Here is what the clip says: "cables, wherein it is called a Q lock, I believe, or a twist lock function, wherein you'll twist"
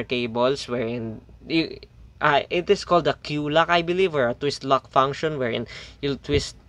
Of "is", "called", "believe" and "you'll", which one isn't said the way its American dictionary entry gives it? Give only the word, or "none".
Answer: is